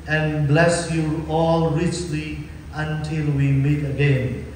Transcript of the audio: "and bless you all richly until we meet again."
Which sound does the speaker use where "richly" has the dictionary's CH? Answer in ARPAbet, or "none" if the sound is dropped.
CH